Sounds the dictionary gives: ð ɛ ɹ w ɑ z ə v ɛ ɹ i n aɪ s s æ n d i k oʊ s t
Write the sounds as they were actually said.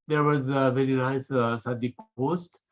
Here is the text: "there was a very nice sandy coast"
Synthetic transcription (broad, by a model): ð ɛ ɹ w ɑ z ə v ɛ ɹ i n aɪ s s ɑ d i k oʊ s t